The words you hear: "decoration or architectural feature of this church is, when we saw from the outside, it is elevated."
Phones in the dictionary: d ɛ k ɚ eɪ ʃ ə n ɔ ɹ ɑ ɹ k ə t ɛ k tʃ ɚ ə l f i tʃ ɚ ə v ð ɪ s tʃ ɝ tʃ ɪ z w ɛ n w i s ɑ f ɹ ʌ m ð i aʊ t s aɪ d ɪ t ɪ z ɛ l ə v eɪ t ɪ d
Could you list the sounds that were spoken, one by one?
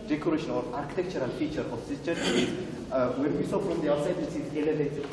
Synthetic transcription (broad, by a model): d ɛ k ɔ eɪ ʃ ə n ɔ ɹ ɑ ɹ k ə t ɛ k tʃ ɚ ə l f i tʃ ɚ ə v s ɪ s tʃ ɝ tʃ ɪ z w ɛ n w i s ɑ f ɹ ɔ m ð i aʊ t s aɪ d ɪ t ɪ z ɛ l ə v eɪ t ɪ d